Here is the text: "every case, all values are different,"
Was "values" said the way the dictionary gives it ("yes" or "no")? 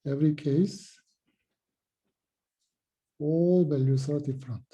no